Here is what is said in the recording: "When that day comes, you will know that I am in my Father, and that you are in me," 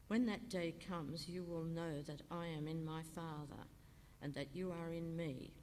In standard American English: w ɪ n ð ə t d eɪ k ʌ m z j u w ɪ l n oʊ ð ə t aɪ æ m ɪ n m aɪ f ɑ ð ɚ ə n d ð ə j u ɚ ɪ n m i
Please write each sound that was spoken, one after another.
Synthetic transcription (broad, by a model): w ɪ n ð ə t d eɪ k ʌ m z j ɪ w ɪ l n oʊ ð ə t aɪ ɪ m ɪ n m aɪ f ɑ ð ɚ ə n ð ə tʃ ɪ ɚ ɪ n m i